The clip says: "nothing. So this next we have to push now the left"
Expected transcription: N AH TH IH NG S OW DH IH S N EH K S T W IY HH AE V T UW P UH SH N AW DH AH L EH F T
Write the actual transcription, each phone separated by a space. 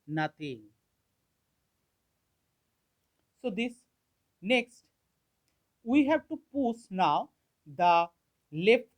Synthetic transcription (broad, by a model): N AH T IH NG S OW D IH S N EH K S T W IY HH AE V T UW P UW S N AW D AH L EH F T